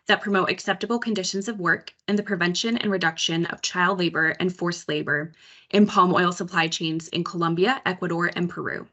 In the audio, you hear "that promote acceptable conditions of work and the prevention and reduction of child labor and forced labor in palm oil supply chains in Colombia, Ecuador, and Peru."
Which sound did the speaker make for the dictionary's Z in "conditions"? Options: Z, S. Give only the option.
Z